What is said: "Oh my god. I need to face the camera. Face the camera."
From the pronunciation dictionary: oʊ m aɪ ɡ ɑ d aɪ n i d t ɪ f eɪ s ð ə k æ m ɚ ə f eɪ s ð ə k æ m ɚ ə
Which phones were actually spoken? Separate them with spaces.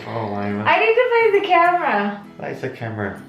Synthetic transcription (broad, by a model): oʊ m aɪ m ɑ ɪ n i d t ɪ p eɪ ð ə k æ m ɚ ə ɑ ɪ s ð ə k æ m ɚ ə